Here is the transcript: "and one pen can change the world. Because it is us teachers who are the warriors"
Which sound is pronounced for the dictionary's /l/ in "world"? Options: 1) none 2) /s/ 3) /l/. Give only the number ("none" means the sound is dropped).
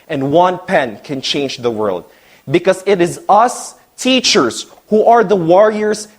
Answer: 3